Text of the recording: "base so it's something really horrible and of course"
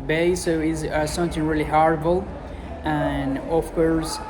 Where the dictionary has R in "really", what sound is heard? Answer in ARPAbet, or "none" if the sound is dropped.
R